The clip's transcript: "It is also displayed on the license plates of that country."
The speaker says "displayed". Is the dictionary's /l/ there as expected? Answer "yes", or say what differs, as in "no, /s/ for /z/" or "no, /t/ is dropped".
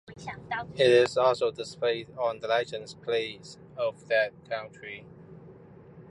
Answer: no, /l/ is dropped